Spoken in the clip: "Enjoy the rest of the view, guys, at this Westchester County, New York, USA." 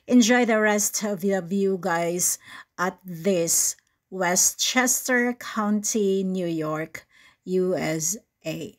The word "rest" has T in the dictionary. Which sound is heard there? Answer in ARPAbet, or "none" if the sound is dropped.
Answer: T